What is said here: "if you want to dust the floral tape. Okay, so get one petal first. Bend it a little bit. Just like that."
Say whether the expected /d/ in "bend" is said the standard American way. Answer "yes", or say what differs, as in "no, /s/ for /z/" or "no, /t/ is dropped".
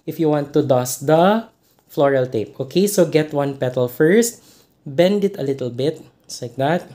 yes